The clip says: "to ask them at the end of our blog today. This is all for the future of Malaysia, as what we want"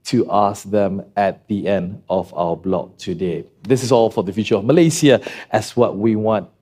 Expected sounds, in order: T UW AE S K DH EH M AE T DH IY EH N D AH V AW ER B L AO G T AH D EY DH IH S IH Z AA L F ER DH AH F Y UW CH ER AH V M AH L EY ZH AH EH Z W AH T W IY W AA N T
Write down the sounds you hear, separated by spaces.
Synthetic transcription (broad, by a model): T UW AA S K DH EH M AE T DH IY EH N D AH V AW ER B L AO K T AH D EY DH IH S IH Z AA L F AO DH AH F Y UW CH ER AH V M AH L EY S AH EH S W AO T W IY W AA N T